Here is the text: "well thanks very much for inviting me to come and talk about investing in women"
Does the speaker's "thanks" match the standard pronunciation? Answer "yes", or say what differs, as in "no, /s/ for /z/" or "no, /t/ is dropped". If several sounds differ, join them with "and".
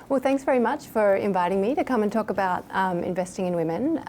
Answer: yes